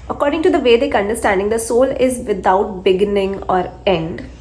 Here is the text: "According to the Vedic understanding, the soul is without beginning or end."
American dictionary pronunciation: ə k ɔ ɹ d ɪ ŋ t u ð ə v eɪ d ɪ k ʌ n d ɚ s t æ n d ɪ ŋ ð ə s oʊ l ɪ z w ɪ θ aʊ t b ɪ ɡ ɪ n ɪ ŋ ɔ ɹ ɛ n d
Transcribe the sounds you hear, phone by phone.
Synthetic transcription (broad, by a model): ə k ɔ ɹ d ɪ ŋ t u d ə v eɪ d ɪ k ʌ n d ɚ s t æ n d ɪ ŋ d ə s oʊ l ɪ z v ɪ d aʊ t b ɪ ɡ ɪ n ɪ ŋ ɔ ɹ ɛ n d